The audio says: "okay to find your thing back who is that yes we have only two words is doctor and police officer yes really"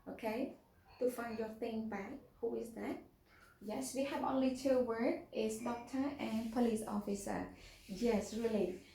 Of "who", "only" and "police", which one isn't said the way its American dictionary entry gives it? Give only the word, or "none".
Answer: none